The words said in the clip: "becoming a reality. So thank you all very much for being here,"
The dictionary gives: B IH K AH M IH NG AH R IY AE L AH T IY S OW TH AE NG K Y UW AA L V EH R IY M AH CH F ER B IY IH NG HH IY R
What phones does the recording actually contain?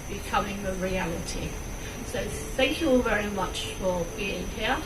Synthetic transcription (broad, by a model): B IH K AH M IH NG AH R IY AE L AH T IY S OW TH AE NG K Y UW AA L V EH R IY M AH CH F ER B IY IH NG HH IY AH